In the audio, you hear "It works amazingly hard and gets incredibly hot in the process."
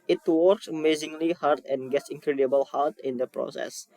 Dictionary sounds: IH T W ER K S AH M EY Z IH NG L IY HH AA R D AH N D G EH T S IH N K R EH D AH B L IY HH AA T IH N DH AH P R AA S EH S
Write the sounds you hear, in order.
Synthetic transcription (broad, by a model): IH T W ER K S AH M EY Z IH NG L IY HH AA R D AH N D G EH T S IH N K R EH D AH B L HH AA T IH N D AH P R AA S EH S